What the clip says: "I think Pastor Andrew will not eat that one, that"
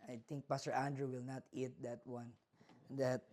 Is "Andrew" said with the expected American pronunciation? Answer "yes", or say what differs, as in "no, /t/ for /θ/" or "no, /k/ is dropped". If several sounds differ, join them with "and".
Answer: yes